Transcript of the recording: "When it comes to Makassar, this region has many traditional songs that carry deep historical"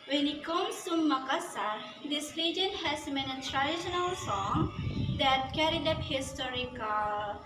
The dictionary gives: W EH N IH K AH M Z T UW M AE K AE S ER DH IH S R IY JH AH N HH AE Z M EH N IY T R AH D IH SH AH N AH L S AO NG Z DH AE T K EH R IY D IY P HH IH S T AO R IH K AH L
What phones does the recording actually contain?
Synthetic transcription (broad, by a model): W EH N IH K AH M S T UW M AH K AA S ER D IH S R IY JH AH N HH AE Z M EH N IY T R AH D IH SH AH N AH L S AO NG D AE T K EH R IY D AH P HH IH S T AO R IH K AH